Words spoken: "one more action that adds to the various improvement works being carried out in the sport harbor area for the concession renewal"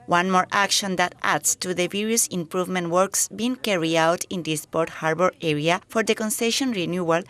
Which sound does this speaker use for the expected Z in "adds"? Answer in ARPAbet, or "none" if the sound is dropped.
S